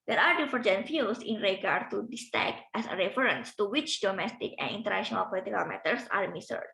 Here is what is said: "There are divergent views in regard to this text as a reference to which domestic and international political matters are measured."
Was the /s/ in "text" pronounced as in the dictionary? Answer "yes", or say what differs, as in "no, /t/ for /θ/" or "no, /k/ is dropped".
no, /s/ is dropped